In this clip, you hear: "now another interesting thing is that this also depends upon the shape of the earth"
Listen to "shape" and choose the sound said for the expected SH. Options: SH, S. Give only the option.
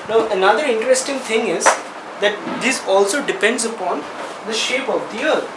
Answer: SH